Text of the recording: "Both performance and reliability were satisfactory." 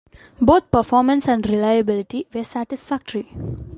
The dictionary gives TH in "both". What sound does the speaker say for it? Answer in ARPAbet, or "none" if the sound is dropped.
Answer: T